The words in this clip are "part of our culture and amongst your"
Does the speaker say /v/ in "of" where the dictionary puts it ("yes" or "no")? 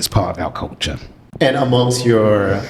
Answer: yes